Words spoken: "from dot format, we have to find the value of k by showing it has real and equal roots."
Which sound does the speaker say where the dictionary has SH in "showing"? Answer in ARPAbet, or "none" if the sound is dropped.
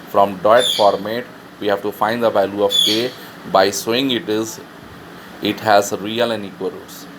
S